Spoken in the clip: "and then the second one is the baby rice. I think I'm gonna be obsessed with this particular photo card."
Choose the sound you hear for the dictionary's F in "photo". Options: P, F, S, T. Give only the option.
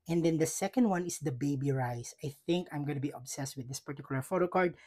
F